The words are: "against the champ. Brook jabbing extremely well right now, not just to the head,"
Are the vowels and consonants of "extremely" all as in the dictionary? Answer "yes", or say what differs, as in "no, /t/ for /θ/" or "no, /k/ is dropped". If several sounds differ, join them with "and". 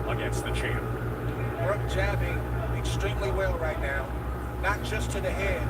no, /k/ is dropped